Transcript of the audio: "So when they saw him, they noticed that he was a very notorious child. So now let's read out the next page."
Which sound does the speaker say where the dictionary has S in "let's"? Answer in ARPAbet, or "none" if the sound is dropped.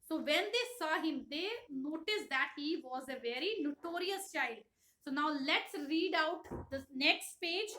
S